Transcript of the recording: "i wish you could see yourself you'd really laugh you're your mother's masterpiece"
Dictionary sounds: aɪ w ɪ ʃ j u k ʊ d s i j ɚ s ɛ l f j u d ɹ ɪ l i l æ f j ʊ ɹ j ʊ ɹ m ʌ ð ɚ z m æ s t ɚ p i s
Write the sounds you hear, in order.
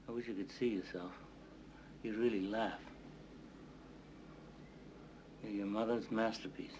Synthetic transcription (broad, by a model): aɪ w ɪ ʃ j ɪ k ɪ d s i j ɚ s ɛ l f j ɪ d ɹ ɪ l i l æ f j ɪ j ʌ ɹ m ʌ ð ɚ z m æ s t ɚ p i s